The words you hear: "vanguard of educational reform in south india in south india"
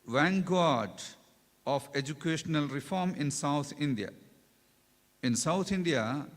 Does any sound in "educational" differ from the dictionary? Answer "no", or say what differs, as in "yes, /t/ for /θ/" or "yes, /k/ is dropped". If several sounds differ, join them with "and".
no